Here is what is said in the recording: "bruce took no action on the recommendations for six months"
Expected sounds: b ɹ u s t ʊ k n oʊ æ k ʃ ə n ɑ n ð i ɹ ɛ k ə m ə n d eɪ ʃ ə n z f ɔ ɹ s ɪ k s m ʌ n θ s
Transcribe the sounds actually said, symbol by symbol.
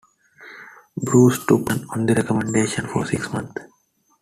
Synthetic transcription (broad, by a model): b ɹ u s t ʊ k k ə n ɑ n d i ɹ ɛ k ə m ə n d eɪ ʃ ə n f ɔ ɹ s ɪ k s m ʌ n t